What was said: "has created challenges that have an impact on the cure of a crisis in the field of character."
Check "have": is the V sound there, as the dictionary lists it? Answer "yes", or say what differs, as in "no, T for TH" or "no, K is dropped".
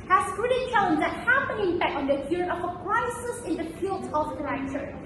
no, P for V